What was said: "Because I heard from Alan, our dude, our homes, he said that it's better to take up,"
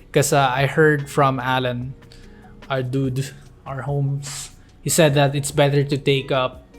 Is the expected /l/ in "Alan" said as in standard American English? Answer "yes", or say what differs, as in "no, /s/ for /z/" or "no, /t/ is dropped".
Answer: yes